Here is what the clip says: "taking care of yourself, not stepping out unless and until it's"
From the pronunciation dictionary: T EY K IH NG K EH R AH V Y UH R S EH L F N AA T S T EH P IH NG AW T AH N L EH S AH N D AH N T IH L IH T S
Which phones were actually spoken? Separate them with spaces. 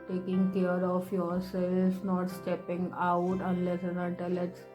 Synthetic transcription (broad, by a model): T EY K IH NG K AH R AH F Y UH R S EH L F N AA T S T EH P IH NG AW T AH N L EH S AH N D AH T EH L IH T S